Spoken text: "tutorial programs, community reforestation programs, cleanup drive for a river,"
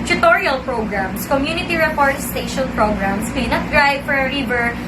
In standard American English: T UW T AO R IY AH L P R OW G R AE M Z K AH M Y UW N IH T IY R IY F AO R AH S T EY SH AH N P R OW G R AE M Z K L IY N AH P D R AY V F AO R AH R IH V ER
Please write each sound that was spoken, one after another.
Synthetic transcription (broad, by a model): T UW T AO R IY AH L P R OW G R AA M S K AH M Y UW N IH T IY R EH P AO R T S T EY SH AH N P R OW G R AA M S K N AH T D R AY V F AO R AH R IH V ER